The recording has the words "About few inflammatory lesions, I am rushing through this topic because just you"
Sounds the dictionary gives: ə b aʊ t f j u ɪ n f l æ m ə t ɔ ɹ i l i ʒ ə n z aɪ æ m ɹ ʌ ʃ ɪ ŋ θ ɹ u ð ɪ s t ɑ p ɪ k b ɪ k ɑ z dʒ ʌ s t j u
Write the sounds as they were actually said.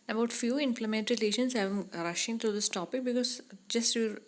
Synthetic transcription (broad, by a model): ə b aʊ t f j u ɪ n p l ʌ m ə t ɹ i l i ʃ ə n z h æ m ɹ ʌ ʃ ɪ ŋ t ɹ u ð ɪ s t ɑ p ɪ k b ɪ k ɑ z dʒ ʌ s t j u